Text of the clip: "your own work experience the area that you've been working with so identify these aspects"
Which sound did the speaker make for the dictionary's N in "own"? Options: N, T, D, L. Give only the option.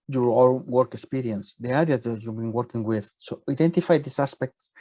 L